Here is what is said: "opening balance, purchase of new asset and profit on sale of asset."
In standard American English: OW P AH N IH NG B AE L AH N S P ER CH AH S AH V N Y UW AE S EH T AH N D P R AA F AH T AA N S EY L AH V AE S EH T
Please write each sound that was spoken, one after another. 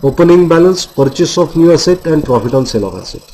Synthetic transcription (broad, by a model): OW P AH N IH NG B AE L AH N S P ER CH AH S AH P N Y UW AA S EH T AH N D P R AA P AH T AA N S EY L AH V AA S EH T